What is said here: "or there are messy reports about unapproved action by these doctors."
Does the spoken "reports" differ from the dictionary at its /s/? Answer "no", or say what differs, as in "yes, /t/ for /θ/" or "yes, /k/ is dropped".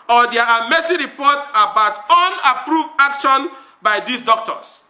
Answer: yes, /s/ is dropped